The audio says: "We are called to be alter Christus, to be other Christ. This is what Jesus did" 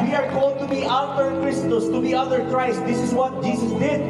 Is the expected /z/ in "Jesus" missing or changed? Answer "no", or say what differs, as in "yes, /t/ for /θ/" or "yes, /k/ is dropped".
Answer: yes, /s/ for /z/